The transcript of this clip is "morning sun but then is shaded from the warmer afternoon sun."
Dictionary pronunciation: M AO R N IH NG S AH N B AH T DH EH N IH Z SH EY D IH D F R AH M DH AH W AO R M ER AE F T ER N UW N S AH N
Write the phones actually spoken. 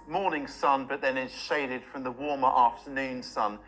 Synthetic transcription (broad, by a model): M AO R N IH NG S AH N B AH T DH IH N IH Z SH EY D IH D F R AH M DH AH W AO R M ER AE F T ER N UW N S AH N